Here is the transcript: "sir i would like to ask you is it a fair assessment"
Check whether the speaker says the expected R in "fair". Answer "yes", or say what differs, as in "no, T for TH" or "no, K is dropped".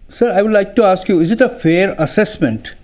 yes